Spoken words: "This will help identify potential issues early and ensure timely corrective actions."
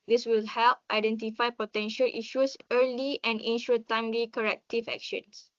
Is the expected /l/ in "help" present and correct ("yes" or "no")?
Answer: yes